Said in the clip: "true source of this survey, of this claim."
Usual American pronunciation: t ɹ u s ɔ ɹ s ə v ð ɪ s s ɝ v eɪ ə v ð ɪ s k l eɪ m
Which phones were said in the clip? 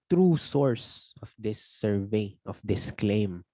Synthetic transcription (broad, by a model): t ɹ u s ɔ ɹ s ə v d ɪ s s ɝ v eɪ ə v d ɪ s k l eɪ m